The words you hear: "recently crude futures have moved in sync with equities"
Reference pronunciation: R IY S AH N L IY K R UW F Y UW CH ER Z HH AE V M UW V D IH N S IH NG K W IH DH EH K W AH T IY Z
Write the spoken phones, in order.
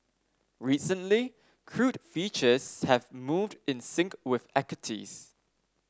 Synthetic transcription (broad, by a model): R IY S AH N L IY K R UW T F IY CH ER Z HH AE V M UW V D IH N S IH NG K W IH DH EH K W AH T IY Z